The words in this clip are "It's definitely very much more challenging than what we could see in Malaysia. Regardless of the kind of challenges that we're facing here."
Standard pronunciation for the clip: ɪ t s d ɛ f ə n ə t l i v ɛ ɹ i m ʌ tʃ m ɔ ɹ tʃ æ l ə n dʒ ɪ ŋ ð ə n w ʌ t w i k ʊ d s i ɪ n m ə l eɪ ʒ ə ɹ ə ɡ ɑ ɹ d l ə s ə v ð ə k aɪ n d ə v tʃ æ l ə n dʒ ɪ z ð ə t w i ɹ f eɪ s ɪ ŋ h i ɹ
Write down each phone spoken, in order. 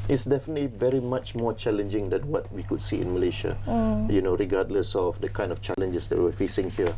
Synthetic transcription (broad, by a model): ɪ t s d ɛ f ə n ə t l i v ɛ ɹ i m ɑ tʃ m ɔ tʃ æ l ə n dʒ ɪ ŋ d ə n w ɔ t w i k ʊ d s i ɪ n m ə l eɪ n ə ɹ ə ɡ ɑ d l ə s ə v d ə k aɪ n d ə f tʃ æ l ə n dʒ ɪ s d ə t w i w f eɪ s ɪ ŋ h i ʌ